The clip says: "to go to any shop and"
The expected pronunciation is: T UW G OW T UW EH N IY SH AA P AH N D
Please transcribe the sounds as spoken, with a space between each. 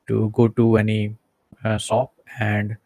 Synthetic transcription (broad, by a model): T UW G OW T UW EH N IY S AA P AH N D